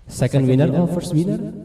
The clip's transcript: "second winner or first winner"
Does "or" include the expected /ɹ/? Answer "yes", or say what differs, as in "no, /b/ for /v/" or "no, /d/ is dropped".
no, /l/ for /ɹ/